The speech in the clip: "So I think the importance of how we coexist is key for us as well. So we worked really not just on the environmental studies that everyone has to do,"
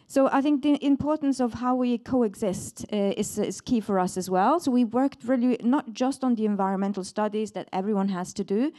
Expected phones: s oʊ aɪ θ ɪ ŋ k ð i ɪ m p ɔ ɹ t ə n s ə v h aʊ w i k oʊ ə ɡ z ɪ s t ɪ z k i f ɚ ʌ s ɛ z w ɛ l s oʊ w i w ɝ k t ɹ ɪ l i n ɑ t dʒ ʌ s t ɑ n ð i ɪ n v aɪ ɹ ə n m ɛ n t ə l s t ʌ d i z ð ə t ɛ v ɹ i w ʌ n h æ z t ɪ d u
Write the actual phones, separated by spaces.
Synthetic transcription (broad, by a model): s oʊ aɪ θ ɪ ŋ k ð i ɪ m p ɔ ɹ t n s ə v h aʊ w i k oʊ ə ɡ z ɪ s t ɪ z k i f ɚ ʌ s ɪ z w ɛ l s oʊ w i w ɝ k t ɹ ɪ l i n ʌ t dʒ ʌ s t n ð i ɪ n v aɪ ɹ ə n m ɛ n t l s t ʌ d i z ð ə t ɛ v ɹ i w ʌ n h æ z t ɪ d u